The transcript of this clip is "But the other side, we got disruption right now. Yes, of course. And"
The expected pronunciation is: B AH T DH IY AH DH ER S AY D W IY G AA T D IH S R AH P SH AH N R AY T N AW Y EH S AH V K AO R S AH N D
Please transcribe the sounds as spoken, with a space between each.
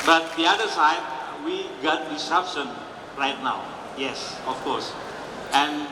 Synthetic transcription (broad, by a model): B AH T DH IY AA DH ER S AY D W IY G AA T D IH S AH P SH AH N R AY T N AW Y EH S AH F K AO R S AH N